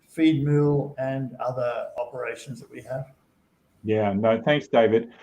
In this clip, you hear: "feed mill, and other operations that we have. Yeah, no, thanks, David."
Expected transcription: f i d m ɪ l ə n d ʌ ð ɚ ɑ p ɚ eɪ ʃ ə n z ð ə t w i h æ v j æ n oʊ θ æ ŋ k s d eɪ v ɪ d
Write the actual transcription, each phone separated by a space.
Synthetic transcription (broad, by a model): f i d m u l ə n ʌ ð ɚ ɑ p ɚ eɪ ʃ ə n z ð ə t w i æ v j æ n oʊ θ æ ŋ k s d eɪ v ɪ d